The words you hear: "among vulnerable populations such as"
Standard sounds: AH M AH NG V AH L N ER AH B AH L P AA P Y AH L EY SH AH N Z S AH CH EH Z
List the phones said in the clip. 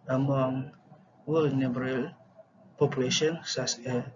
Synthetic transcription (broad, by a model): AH M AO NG W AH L N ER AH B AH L P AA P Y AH L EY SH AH N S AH S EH